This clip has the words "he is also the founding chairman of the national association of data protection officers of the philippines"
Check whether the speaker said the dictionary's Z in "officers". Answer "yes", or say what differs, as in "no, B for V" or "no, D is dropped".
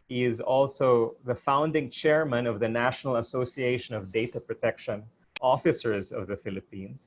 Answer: yes